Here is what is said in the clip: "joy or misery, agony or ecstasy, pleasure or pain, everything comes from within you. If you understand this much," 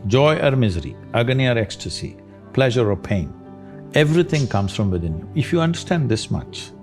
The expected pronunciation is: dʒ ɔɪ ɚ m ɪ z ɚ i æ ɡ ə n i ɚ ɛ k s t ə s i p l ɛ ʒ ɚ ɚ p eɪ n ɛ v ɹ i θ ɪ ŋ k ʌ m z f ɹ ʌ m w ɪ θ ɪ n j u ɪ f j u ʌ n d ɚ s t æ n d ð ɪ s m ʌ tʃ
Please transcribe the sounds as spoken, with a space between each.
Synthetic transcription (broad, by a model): dʒ ɔɪ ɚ m ɪ z ɚ i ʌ ɡ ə n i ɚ ɛ k s t ə s i p l ɛ ʒ ɚ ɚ p eɪ n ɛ v ɹ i t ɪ ŋ k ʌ m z f ɹ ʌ m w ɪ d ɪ n j u ɪ f j u ʌ n d ɚ s t æ n d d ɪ s m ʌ tʃ